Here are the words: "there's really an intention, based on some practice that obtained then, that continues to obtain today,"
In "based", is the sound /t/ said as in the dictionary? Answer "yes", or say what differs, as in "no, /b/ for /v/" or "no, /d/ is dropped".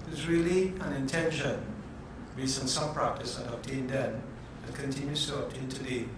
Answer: no, /t/ is dropped